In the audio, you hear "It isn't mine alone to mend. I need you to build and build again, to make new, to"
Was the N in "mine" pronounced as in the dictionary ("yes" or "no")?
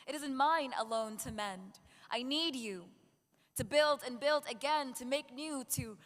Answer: yes